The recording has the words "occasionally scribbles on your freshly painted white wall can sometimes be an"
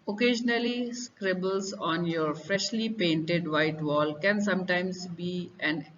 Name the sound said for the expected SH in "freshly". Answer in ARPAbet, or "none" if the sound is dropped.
SH